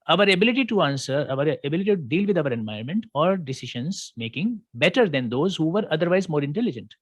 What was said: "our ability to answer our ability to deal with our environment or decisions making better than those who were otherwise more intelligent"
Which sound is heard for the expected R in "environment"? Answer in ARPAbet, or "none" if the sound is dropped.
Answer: none